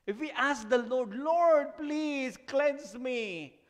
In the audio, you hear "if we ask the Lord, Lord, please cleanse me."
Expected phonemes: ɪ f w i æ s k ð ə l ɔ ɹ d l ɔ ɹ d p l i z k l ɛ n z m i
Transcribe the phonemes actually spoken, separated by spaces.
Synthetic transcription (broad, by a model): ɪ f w i æ s k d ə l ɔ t l ɔ ɹ d p l i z k l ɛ n s m i